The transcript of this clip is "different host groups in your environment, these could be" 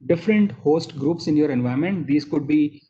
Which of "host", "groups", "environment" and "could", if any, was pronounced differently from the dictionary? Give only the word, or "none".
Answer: environment